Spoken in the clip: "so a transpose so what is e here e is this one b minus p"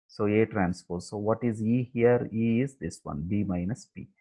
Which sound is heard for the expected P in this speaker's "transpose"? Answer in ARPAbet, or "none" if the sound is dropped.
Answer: F